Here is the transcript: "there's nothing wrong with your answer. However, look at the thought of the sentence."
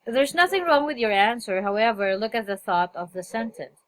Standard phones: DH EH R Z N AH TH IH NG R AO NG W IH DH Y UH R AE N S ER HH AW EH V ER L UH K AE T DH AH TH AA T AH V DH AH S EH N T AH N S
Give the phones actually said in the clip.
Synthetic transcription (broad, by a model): DH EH R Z N AH TH IH NG R AO NG W IH DH Y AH R AE N S ER HH AW EH V ER L UH K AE T DH AH TH AA T AH V DH AH S EH N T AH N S